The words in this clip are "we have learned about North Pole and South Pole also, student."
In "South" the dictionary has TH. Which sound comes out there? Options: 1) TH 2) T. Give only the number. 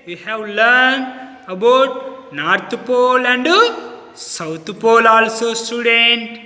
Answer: 2